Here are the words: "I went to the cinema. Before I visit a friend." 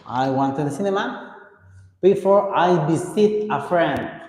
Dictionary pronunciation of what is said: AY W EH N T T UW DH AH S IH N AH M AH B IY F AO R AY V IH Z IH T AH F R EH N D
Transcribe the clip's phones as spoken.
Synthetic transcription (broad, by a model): AY W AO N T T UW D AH S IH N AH M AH B IY F AO R AY B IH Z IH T AH F R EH N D